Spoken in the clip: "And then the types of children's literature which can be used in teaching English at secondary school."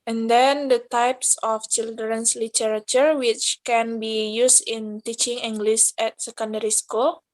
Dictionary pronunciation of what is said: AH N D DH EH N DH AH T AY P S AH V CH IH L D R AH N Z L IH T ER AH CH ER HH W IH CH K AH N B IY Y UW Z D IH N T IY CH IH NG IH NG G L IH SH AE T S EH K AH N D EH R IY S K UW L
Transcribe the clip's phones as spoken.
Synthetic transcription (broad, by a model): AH N D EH N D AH T AY P S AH F CH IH L D R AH N S L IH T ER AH CH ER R W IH CH K AH N B IY Y UW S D IH N T IY CH IH NG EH NG G L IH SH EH T S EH K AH N D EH R IY S K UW L